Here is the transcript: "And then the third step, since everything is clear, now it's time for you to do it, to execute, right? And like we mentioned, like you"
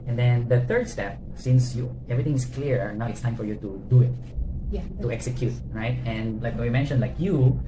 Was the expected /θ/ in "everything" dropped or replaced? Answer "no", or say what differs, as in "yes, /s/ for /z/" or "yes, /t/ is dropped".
yes, /t/ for /θ/